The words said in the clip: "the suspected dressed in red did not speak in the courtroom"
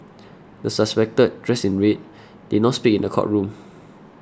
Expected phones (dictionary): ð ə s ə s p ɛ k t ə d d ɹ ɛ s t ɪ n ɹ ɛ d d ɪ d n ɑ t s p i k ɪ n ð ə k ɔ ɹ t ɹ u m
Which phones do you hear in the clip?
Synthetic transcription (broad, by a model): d ə s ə s p ɛ k t ə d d ɹ ɛ s ɪ n ɹ ɛ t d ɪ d n ɑ t s p i k ɪ n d ə k ɔ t ɹ u m